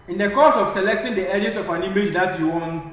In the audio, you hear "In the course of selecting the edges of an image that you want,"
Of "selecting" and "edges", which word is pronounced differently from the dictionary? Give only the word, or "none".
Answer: edges